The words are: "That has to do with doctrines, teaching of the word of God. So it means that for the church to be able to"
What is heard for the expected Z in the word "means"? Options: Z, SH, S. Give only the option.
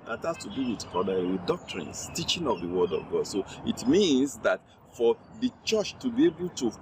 S